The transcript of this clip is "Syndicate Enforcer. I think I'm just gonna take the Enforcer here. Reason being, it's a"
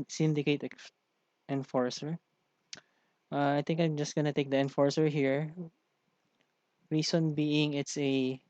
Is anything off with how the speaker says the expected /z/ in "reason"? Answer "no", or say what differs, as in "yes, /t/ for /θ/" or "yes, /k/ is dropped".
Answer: yes, /s/ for /z/